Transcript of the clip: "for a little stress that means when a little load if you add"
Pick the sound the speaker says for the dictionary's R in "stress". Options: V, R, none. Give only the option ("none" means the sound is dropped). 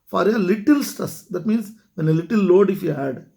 none